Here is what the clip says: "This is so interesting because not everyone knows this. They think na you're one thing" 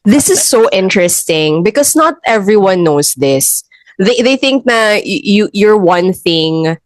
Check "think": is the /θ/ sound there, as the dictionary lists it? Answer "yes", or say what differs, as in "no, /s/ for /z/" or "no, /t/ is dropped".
yes